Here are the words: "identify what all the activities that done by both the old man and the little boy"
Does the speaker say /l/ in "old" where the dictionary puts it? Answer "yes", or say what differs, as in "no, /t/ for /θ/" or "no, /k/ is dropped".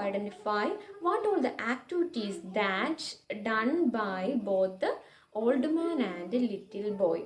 yes